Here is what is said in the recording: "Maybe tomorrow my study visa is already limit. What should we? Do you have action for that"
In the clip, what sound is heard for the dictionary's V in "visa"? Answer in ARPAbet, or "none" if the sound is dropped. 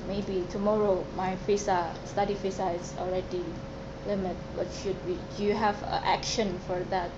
F